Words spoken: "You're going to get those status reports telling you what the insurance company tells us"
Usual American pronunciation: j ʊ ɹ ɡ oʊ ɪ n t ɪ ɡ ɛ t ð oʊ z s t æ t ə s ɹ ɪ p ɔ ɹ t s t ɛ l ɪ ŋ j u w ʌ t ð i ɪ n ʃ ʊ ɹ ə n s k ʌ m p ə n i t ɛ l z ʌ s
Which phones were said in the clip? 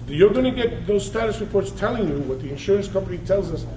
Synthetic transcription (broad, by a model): j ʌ ɹ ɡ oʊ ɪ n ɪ ɡ ɛ t ð oʊ z s t æ t ə s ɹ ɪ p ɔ ɹ t s t ɛ l ɪ ŋ j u w ʌ t ð i ɪ n ʃ ʊ ɹ ə n s k ʌ m p ə n i t ɛ l z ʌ s